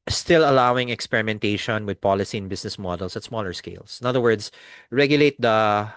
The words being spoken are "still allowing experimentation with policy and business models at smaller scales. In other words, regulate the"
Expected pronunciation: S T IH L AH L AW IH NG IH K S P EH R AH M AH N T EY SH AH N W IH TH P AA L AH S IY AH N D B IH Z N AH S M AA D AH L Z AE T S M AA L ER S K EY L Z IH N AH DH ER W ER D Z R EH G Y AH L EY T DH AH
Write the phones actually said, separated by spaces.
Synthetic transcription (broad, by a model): S T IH L AH L AW IH NG IH K S P EH R AH M AH N T EY SH AH N W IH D P AA L AH S IY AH N B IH S N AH S M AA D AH L S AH T S M AA L ER S K EY L S IH N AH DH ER W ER D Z R EH G Y AH L EY T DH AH